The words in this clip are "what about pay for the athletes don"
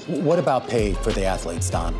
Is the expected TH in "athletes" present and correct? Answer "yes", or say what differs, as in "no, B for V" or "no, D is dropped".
yes